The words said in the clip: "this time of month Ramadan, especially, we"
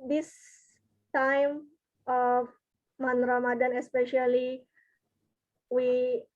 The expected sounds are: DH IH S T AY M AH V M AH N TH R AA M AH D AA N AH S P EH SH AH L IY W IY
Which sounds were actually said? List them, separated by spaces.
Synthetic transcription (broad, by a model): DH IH S T AY M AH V M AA N R AA M AH D AA N AH S P EH SH AH L IY W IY